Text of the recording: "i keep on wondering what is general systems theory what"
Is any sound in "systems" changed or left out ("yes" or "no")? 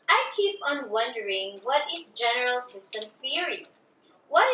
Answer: yes